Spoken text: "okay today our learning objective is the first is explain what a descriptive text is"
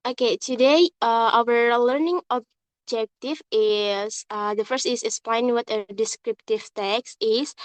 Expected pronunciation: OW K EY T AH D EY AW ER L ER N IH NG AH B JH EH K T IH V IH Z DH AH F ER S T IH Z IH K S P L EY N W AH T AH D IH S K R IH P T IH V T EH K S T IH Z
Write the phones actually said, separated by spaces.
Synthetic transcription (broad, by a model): OW K EY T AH D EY AW ER L ER N IH NG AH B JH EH K T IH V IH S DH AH F ER S T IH S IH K S P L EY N W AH T AH D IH S K R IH P T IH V T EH K S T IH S